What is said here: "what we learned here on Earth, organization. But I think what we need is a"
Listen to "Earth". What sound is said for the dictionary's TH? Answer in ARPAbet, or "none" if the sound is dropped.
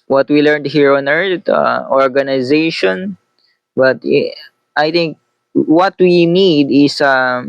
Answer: T